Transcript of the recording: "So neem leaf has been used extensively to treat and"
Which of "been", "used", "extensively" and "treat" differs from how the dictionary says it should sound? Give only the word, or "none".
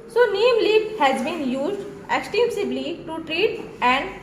extensively